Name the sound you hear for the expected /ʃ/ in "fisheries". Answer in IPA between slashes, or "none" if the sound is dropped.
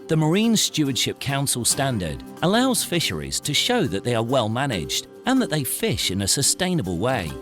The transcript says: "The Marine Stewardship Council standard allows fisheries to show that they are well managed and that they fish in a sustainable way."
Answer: /ʃ/